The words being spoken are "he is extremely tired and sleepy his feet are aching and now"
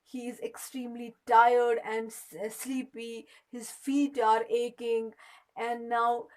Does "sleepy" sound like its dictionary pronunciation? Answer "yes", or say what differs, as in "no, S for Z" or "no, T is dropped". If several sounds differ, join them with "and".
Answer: yes